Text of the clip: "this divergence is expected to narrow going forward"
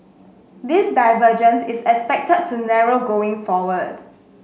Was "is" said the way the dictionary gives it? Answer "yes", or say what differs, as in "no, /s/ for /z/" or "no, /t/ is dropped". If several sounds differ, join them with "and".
no, /s/ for /z/